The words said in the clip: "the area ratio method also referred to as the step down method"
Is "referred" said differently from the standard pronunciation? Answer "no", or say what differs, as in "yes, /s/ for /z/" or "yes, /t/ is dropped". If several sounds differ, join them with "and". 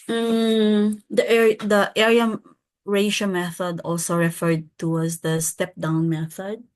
no